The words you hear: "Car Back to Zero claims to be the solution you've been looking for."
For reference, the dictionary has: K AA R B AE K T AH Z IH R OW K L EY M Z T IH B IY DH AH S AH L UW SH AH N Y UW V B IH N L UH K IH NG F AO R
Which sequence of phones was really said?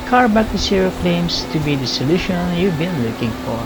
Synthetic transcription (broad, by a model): K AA R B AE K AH S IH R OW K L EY M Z T IH B IY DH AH S AH L UW SH AH N Y UW V B IH N L UH K IH NG F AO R